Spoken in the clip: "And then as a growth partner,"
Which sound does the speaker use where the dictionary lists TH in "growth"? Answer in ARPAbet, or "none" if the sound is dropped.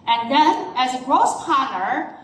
S